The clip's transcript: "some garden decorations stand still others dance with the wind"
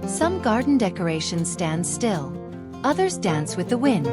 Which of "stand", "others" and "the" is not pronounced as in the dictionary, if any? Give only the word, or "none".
none